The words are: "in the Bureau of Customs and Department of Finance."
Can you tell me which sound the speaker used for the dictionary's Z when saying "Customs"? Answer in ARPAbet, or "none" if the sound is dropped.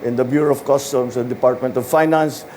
S